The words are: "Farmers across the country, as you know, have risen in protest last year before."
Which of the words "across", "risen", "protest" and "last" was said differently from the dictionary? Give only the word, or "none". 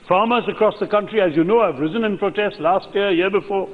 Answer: none